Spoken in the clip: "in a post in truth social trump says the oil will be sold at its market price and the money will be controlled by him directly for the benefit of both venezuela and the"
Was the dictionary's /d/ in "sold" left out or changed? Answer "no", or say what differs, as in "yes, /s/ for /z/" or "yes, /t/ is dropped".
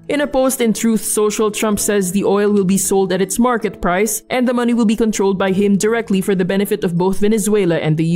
no